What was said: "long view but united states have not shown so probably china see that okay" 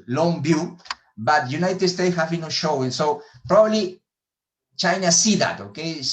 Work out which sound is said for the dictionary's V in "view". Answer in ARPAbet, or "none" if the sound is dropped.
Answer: B